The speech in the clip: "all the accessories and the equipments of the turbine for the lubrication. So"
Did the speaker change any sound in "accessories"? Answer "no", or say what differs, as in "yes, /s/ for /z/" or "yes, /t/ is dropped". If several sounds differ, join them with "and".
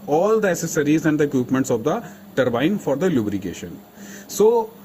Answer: yes, /k/ is dropped